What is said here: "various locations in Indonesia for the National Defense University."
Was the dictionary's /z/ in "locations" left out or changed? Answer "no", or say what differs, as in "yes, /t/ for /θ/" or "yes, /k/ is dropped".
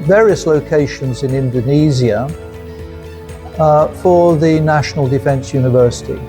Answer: no